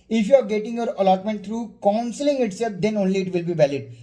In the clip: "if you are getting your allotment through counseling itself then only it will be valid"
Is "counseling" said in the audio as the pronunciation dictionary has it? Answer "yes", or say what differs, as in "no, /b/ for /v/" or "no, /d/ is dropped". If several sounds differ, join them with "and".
yes